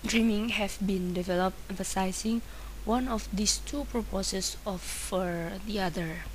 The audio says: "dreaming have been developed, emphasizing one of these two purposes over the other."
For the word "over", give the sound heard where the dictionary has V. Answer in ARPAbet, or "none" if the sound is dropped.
F